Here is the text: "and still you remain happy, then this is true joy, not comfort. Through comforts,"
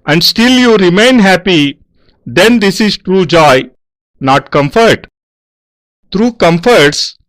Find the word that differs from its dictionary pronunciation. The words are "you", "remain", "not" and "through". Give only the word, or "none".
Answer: through